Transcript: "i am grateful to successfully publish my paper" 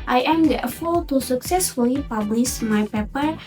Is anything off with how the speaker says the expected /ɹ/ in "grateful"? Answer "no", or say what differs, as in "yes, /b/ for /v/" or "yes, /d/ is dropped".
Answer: yes, /ɹ/ is dropped